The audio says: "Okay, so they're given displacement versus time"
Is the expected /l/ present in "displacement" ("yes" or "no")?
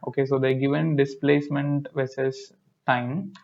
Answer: yes